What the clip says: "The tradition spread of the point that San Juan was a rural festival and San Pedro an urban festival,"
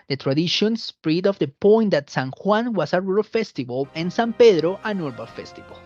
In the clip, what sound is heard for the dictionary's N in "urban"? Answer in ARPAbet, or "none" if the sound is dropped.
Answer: L